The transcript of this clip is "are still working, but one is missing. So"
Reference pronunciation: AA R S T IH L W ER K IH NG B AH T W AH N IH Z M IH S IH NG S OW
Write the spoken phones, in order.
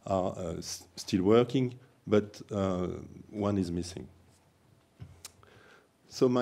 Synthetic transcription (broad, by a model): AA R S T IH L W ER K IH NG B AH T W AH N IH Z M IH S IH NG S OW